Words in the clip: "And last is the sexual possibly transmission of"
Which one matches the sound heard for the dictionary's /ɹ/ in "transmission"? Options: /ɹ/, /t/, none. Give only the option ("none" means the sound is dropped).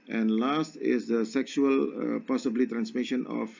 /ɹ/